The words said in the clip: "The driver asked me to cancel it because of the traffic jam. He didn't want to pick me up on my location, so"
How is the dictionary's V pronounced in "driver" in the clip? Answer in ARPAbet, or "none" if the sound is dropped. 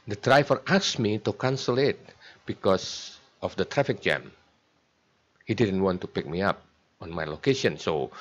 F